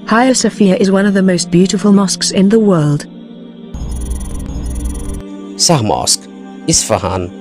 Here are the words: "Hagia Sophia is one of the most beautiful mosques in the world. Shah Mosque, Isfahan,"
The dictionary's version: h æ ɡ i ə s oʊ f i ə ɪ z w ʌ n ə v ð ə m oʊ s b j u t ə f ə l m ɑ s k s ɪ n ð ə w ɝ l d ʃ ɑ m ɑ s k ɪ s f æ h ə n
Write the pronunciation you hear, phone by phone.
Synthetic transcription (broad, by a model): h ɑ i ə s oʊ f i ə ɪ z w ʌ n ə v ð ə m oʊ s b j u t ə f ə l m ɑ s k s ɪ n ð ə w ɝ l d s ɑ m ɑ s k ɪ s f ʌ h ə n